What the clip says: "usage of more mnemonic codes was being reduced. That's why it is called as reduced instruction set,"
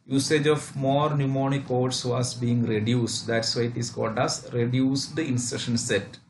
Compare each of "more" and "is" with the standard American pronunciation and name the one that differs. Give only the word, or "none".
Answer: is